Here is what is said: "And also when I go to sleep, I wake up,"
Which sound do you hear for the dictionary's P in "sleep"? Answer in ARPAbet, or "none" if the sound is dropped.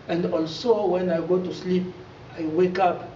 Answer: P